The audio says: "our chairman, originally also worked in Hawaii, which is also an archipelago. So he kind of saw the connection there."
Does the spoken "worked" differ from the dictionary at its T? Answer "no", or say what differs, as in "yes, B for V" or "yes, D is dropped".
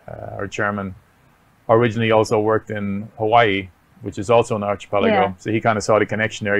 no